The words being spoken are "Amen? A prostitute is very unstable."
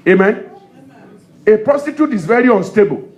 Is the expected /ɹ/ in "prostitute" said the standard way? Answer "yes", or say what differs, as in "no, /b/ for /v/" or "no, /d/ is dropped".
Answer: no, /ɹ/ is dropped